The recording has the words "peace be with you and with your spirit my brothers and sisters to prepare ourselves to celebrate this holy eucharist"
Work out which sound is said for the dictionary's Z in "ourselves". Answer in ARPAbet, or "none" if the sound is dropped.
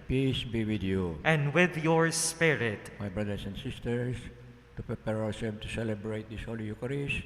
none